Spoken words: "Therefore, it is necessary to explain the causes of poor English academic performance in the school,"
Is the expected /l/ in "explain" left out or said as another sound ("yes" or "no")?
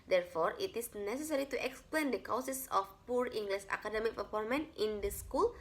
no